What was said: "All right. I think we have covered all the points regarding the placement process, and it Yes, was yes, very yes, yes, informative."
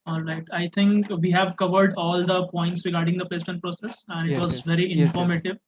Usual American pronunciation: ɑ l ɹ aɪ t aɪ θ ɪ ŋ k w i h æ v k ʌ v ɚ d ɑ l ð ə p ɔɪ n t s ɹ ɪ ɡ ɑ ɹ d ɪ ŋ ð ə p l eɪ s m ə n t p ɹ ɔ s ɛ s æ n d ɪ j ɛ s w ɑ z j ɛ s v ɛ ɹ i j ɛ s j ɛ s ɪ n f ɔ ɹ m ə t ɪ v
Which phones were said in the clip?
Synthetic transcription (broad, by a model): ɑ l ɹ aɪ t aɪ t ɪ ŋ k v i h æ v k ʌ v ɚ d ɑ l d ə p ɔɪ n t s ɹ ɪ ɡ ɑ ɹ d ɪ ŋ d ə p eɪ s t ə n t p ɹ ɔ s ɛ s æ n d ɪ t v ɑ z v ɛ ɹ i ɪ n f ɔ ɹ m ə t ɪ v